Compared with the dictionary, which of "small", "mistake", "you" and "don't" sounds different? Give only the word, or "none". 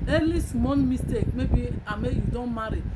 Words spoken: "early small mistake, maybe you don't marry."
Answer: small